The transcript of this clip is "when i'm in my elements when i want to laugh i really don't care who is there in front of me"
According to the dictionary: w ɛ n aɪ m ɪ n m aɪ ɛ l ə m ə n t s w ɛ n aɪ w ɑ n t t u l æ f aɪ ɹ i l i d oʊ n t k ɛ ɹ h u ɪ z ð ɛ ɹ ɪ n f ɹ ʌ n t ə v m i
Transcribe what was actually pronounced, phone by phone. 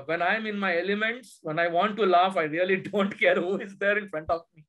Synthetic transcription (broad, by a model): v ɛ n aɪ m ɪ n m aɪ ɛ l ə m ə n t s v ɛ n aɪ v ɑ n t t u l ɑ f aɪ ɹ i l i d oʊ n t k ɛ ɹ h u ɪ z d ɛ ɹ ɪ n f ɹ ʌ n t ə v m i